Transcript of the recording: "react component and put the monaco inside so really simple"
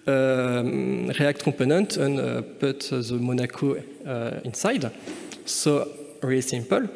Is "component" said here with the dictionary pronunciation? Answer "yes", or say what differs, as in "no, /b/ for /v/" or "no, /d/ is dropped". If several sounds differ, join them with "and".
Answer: no, /m/ is dropped